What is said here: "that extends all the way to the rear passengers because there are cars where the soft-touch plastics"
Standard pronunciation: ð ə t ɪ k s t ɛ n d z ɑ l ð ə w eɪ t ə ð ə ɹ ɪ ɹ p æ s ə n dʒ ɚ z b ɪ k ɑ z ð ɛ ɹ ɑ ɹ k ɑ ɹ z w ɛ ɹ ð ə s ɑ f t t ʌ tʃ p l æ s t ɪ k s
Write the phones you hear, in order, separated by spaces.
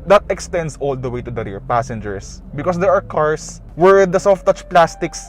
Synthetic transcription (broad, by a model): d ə t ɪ k s t ɛ n d s ɑ l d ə w eɪ t ə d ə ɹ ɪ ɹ p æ s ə n dʒ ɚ s b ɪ k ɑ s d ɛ ɹ ɑ ɹ k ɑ ɹ s w ɛ ɹ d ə s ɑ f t t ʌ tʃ p l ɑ s t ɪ k s